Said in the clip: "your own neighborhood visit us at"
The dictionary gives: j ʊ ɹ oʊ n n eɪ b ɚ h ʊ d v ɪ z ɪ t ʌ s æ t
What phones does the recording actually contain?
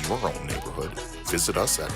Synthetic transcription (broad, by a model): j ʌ ɹ oʊ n n eɪ b ɚ h ʊ d v ɪ z ɪ t ʌ s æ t